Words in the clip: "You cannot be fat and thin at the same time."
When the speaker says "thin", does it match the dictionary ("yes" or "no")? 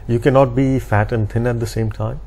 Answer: no